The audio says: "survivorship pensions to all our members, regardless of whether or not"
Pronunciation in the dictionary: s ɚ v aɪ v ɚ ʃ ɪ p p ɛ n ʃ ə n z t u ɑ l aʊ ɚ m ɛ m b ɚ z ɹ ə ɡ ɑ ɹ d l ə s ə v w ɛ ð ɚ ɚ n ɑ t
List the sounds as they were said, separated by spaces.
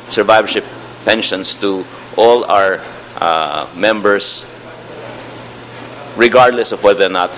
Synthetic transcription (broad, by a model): s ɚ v aɪ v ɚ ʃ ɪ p p ɛ n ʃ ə n s t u ɑ l aʊ ɚ m ɛ m b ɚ s ɹ ə ɡ ɑ ɹ d l ə s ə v w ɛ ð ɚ ɚ n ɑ t